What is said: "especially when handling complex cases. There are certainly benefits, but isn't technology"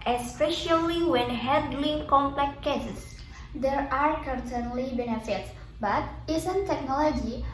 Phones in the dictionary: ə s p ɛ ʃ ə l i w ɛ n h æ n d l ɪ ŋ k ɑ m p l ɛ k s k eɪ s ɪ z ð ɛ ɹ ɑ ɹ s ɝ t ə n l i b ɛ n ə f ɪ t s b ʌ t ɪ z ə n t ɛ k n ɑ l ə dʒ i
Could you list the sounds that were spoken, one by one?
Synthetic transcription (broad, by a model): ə s p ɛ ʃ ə l i w ɛ n h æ d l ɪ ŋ k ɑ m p l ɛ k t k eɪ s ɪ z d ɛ ɹ ɑ ɹ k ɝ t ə n l i b ɛ n ə f ɪ t s b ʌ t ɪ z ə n t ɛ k n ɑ l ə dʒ i